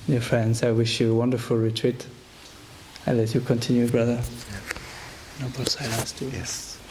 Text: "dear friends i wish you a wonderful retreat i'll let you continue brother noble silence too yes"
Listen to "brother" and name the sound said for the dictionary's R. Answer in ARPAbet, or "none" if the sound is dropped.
R